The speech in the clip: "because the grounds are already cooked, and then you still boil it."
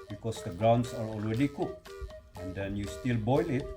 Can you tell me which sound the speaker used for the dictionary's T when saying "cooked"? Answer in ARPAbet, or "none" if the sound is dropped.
none